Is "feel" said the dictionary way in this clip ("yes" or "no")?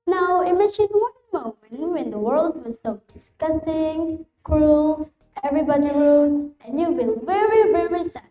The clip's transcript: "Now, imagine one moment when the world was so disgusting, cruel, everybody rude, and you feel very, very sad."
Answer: no